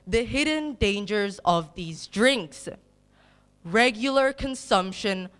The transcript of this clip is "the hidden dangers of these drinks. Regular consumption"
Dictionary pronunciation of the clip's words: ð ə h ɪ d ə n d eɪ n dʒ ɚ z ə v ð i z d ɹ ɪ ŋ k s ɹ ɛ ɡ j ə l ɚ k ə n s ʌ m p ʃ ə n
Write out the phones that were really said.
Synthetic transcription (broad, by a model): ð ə h ɪ d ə n d eɪ n dʒ ɚ z ə v ð i z d ɹ ɪ ŋ k s ɹ ɛ ɡ j l ɚ k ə n s ʌ m p ʃ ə n